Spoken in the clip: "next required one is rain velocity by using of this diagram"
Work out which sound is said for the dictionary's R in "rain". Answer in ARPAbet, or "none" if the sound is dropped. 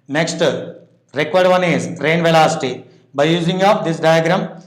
R